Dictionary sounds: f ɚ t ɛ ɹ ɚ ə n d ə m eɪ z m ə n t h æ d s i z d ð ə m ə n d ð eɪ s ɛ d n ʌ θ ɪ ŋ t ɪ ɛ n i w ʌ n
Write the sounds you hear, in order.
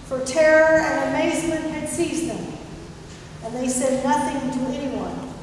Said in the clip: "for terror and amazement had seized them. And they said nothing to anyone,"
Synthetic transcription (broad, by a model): f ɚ t ɛ ɹ ɚ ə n ə m eɪ z m ə n t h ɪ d s i z ð ə m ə n ð eɪ s ɛ d n ʌ θ ɪ ŋ t ɪ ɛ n i w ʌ n